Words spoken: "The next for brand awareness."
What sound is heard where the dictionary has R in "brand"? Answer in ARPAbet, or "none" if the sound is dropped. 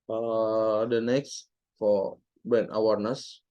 none